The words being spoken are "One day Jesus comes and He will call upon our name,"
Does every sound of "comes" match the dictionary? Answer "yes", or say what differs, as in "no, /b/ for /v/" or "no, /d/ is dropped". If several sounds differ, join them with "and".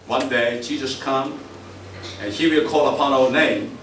no, /z/ is dropped